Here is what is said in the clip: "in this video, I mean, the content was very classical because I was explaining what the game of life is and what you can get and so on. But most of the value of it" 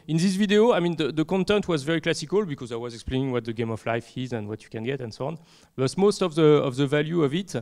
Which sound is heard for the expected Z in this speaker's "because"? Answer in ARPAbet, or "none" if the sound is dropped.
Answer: Z